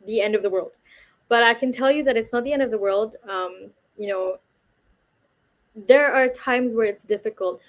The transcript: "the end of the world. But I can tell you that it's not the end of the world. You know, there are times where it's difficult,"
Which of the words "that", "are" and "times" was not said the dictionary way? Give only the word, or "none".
none